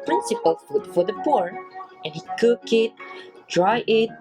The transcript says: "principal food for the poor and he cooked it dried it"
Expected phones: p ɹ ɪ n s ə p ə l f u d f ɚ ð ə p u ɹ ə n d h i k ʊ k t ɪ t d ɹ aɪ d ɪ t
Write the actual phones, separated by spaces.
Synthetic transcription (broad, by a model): p ɹ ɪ n s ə p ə l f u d f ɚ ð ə p u ɹ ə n h i k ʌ k ɪ t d ɹ aɪ ɪ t